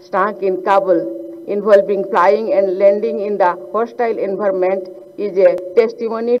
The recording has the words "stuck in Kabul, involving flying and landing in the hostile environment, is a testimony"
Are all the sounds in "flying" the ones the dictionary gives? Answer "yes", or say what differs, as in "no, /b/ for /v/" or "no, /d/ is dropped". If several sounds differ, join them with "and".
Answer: no, /p/ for /f/